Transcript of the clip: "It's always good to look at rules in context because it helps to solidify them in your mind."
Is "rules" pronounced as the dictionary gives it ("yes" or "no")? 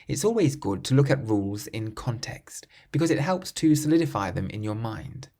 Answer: yes